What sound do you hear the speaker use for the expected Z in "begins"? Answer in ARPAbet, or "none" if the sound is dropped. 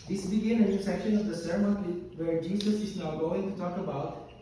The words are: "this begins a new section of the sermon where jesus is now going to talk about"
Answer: none